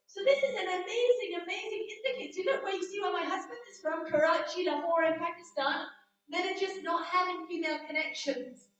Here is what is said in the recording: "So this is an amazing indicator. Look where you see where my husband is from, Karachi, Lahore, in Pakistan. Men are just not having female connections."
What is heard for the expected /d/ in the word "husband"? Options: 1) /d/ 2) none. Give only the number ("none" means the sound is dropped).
1